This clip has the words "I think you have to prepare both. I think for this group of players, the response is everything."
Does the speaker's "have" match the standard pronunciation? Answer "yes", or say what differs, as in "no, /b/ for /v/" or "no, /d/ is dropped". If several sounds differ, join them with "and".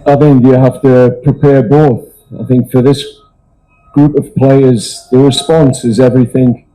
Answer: no, /f/ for /v/